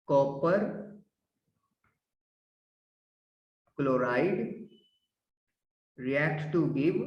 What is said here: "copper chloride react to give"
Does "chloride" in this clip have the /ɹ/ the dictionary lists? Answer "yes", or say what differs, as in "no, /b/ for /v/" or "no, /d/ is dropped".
yes